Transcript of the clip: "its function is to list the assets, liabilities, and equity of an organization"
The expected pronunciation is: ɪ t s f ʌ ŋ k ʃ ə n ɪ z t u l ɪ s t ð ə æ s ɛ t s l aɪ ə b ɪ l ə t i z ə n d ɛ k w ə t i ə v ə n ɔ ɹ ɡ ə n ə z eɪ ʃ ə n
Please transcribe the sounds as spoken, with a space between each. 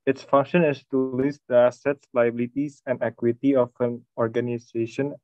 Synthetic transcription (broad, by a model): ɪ t s f ʌ ŋ k ʃ ə n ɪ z t u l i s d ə æ s ɛ t s l aɪ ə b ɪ l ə t i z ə n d ɛ k w ə t i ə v ə n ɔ ɹ ɡ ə n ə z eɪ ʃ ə n